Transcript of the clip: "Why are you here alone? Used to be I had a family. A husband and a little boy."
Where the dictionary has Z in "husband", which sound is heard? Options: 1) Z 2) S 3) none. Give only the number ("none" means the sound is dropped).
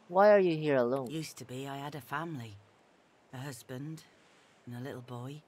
1